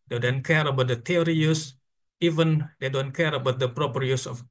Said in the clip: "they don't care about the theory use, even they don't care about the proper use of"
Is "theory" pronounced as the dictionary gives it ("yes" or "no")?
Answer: no